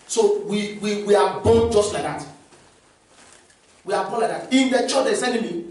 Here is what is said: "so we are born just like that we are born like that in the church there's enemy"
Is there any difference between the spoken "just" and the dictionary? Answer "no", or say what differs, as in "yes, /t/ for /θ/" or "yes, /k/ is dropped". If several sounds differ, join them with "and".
no